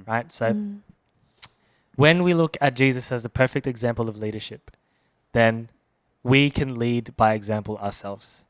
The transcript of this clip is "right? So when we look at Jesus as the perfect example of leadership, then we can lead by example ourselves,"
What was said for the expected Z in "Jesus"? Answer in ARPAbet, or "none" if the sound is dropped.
Z